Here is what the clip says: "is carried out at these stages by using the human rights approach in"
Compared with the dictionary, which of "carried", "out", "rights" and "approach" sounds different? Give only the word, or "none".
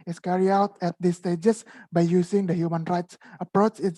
carried